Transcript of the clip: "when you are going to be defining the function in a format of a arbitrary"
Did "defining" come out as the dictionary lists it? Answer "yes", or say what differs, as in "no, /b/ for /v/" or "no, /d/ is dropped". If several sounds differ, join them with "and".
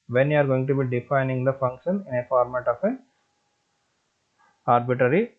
yes